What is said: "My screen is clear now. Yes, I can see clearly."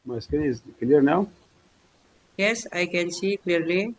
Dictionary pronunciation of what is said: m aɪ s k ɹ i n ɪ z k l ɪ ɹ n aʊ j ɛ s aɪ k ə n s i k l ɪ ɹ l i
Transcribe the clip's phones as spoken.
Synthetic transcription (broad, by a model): m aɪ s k i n ɪ z k l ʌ ɹ n aʊ j ɛ s aɪ k ə n s i k l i ɹ l i